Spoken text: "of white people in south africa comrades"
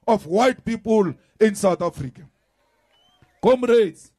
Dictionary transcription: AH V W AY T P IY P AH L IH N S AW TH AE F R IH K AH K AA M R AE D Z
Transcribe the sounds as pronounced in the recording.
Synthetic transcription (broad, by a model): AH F W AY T P IY P AH L IH N S AW T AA F R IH K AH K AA M R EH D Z